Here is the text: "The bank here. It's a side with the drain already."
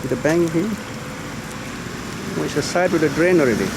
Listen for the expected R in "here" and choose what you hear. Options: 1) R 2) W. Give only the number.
2